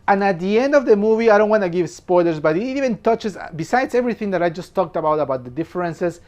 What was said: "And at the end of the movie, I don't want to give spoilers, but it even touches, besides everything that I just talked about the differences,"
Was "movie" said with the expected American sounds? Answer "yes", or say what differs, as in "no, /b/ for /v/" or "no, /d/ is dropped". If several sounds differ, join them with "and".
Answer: yes